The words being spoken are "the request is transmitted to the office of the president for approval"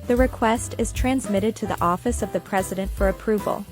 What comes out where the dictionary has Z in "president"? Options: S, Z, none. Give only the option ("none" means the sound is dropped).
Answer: Z